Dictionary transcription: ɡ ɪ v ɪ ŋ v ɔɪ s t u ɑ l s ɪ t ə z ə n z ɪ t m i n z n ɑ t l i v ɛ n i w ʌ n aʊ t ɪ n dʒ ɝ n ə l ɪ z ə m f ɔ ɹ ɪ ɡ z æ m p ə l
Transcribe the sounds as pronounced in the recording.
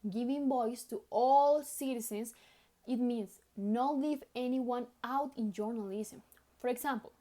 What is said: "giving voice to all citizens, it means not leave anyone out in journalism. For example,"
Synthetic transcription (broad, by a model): ɡ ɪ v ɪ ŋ b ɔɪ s t u ɑ l s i t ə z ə n s ɪ t m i n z n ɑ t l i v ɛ n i w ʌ n aʊ t ɪ n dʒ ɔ n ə l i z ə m f ɔ ɹ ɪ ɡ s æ m p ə l